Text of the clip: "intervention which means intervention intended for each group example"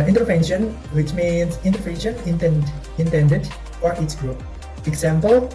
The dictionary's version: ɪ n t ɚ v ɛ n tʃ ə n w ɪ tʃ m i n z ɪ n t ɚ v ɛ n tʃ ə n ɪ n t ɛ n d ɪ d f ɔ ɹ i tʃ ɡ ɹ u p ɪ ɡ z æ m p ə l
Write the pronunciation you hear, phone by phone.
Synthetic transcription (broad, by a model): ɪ n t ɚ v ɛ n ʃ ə n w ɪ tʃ m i n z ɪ n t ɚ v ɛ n ʃ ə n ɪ n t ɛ n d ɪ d f ɔ ɹ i s ɡ ɹ u p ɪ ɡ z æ m p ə l